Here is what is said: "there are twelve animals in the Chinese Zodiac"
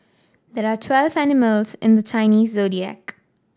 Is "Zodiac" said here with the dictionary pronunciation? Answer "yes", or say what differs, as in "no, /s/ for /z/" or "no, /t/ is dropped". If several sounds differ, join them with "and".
yes